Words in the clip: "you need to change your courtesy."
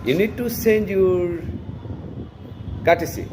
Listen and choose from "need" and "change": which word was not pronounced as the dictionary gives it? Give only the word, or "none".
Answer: change